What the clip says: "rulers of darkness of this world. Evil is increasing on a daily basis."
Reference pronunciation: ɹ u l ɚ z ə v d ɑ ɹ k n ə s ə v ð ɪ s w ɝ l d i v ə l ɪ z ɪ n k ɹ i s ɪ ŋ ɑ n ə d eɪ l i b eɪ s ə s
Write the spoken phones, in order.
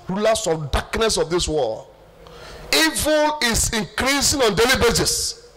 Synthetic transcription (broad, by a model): ɹ u l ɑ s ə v d ɑ k n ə s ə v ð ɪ s w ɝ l i v ə l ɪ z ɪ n k ɹ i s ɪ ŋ ɑ n d eɪ l i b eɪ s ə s